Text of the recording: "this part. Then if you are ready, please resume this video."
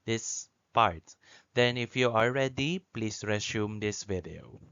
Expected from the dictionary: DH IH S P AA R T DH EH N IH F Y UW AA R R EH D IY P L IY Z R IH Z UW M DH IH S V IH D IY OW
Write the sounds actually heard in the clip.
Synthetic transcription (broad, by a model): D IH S P AA R T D EH N IH F Y UW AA L R EH D IY P L IY S R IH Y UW M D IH S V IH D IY OW